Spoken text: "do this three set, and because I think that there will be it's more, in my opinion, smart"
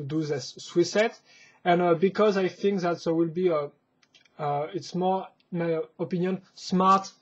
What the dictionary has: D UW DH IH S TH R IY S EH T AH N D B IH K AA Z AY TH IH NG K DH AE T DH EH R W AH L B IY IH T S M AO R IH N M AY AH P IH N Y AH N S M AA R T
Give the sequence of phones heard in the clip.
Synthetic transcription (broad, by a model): D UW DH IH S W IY S EH T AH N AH B IH K AA Z AY TH IH NG K DH AE T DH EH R W AH L B IY IH T S M AO R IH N M AY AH P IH N Y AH N S M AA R T